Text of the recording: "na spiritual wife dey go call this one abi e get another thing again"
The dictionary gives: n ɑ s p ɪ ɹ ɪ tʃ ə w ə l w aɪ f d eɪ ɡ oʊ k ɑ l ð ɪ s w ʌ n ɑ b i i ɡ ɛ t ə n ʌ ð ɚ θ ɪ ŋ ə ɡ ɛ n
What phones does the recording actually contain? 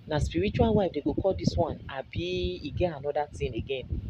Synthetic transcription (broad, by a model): n ɑ s p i ɹ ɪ tʃ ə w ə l w aɪ f d eɪ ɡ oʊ k ɑ l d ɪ s w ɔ n ɑ b i i ɡ ɛ t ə n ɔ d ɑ t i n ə ɡ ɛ n